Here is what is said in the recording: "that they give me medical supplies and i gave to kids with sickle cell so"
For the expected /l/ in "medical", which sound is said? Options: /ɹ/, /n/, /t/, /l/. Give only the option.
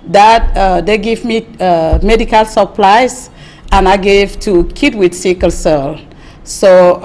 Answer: /l/